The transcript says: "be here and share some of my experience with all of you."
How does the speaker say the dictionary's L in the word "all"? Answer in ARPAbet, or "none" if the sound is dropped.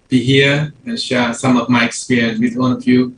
N